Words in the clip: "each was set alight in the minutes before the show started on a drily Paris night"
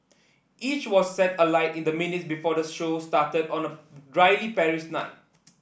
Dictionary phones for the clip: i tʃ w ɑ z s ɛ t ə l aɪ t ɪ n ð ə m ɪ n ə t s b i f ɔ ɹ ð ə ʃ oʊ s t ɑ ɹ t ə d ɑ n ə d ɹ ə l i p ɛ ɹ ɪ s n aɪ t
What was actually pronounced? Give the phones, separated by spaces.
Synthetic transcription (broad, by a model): i tʃ w ɑ s ɛ t ə l aɪ t ɪ n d ə m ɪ n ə t s b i f ɔ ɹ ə ʃ oʊ s t ɑ t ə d ɑ n ə d ɹ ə l i p ɛ ɹ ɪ ʃ n aɪ t